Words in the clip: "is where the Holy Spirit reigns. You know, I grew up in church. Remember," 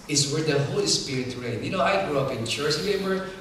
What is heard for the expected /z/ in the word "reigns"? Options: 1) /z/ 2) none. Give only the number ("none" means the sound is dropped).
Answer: 2